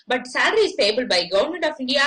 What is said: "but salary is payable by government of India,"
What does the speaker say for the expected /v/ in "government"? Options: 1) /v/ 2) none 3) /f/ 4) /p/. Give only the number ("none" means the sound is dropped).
2